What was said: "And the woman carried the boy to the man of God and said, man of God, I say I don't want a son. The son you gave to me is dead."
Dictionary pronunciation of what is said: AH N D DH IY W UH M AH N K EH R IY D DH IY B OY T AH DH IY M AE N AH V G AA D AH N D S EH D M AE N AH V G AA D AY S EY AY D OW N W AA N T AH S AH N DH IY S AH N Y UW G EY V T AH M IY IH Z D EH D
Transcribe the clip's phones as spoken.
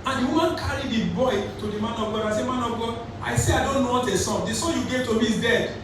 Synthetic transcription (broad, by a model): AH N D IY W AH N K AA R IY D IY B OY T AH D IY M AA N AH V G AA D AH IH S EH M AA N AH V G AA D AY S EY AY D OW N W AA T AH S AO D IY S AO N Y UW G EY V T AH M IY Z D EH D